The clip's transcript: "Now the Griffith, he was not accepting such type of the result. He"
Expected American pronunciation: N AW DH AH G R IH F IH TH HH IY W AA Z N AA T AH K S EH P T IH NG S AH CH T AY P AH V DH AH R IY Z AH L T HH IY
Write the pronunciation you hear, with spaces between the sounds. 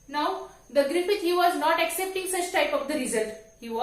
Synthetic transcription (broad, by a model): N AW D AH G R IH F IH T HH IY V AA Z N AA T AH K S EH P T IH NG S AH CH T AY P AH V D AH R IY Z AH L T HH IY